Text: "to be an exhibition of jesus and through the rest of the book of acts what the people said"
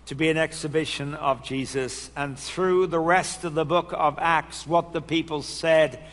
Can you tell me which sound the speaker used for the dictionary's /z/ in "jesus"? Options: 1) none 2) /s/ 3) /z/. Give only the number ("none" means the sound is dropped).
3